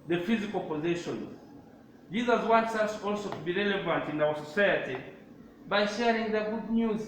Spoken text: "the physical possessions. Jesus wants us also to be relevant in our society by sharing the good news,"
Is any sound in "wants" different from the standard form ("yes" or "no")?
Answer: no